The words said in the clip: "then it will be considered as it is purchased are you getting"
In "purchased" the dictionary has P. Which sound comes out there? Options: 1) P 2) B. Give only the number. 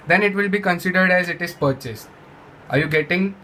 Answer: 1